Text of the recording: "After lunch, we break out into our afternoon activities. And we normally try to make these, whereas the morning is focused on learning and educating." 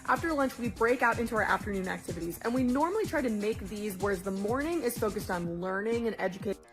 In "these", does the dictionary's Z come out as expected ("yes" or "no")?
yes